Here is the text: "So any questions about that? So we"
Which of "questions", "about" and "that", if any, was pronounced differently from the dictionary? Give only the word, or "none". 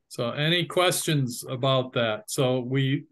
none